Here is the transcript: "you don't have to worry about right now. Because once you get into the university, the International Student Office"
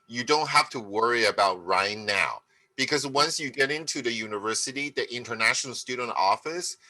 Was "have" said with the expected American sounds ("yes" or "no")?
no